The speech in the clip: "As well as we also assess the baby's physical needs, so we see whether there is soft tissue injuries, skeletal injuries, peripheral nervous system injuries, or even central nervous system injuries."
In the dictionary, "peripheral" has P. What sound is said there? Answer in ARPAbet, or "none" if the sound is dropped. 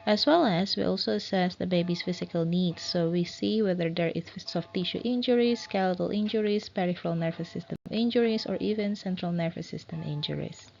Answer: P